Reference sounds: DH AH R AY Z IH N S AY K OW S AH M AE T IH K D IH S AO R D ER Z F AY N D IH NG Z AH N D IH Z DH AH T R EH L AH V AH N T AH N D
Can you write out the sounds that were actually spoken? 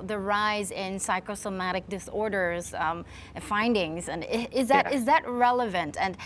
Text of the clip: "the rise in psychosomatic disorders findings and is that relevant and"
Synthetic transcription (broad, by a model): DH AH R AY Z IH N S AY K OW S AH M AE T IH K D IH S AO R D ER Z F AY N D IH NG Z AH N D IH Z DH AH T R EH L AH V AH N T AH N